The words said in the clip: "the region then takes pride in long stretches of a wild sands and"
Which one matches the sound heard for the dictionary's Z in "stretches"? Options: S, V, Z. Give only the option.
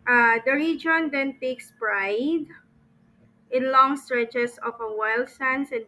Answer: S